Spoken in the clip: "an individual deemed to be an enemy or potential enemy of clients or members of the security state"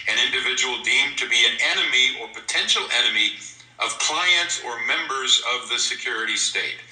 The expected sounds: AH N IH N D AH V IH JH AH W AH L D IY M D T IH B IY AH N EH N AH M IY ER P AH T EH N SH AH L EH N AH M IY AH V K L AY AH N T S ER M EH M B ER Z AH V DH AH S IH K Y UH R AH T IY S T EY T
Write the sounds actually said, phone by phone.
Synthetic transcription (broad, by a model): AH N IH N D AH V IH JH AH W L D IY M T IH B IY AH N EH N AH M IY ER P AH T EH N SH L EH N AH M IY AH V K L AY AH N T S ER M EH M B ER Z AH V DH AH S IH K Y UH R AH T IY S T EY T